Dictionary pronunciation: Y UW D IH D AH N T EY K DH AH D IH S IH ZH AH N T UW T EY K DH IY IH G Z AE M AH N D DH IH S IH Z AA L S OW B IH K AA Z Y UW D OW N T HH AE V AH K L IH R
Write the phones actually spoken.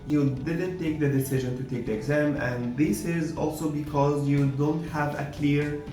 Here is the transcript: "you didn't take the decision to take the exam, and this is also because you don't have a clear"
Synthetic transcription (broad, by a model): Y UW D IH D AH N T EY K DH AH D IH S IH ZH AH N T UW T EY K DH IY IH G Z AE M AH N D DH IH S IH Z AA L S OW B IH K AA Z Y UW D OW N T HH AE V AH K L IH R